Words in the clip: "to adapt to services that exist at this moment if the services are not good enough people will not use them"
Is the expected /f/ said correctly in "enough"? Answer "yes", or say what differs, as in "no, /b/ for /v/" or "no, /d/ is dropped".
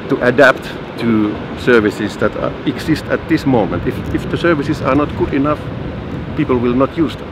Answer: yes